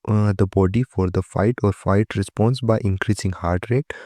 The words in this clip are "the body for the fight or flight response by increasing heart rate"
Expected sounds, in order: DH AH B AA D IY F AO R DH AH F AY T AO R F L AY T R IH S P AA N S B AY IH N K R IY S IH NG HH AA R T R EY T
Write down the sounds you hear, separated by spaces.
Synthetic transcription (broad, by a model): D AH B AA D IY F AO R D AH F AY T AO R F AY T R IH S P AA N S B AY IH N K R IY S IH NG HH AA R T R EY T